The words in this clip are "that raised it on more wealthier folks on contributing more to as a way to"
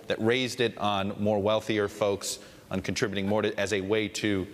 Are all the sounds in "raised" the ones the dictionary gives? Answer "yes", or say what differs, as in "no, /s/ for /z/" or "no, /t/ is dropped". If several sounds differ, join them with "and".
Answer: yes